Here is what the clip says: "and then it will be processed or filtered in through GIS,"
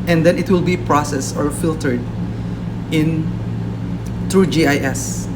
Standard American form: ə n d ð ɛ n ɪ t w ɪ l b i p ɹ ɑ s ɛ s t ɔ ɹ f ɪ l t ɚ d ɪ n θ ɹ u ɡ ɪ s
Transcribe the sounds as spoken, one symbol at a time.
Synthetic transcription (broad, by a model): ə n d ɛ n ɪ t w ɪ l b i p ɹ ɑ s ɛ s ɔ ɹ f ɪ l t ɚ d ɪ n t ɹ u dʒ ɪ s